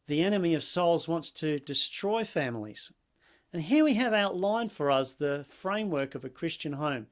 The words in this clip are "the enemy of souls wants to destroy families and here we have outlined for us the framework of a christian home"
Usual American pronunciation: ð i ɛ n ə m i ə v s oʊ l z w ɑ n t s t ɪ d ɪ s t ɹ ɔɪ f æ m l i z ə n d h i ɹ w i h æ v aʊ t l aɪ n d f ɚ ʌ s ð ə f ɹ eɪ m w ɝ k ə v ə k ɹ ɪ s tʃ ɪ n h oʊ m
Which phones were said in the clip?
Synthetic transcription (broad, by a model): ð i ɛ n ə m i ə v s oʊ l z w ɑ n t s t ɪ d ɪ s t ɹ ɔɪ f æ m l i z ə n h i ɹ w i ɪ v aʊ t l aɪ n f ɚ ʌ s ð ə f ɹ eɪ m w ɝ k ə v ə k ɹ ɪ s tʃ ɪ n h oʊ m